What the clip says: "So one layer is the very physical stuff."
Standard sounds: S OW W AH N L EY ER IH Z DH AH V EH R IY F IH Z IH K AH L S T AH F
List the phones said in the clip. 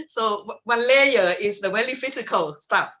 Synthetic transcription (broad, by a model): S OW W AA N L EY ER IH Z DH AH W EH L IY F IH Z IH K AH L S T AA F